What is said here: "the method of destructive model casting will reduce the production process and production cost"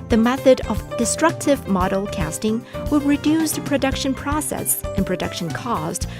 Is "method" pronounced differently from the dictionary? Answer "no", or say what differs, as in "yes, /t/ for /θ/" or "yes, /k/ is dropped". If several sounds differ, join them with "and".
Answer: no